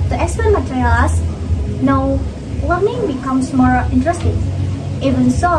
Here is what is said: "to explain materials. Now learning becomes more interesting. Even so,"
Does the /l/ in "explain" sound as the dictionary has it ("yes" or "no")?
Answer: no